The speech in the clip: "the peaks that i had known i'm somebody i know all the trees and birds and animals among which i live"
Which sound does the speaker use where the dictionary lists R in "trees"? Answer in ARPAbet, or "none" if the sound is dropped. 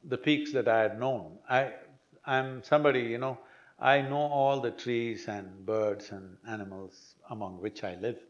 R